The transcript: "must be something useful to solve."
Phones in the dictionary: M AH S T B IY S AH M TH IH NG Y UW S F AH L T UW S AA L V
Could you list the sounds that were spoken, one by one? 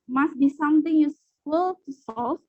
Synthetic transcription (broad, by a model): M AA S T B IY S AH M T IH NG Y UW S AH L T UW S AA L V